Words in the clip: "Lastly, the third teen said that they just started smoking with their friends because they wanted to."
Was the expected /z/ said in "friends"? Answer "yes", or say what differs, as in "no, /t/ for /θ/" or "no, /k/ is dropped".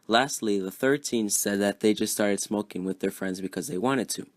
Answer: yes